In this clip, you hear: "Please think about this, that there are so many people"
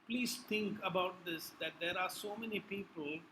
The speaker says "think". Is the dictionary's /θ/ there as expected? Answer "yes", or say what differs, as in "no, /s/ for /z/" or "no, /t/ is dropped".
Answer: no, /t/ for /θ/